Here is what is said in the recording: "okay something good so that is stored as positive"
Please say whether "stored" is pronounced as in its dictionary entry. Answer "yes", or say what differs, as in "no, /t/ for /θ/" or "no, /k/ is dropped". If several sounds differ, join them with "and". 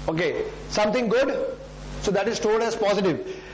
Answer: no, /l/ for /ɹ/